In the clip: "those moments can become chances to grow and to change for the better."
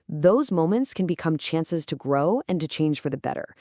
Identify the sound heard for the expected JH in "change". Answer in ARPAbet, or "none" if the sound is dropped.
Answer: ZH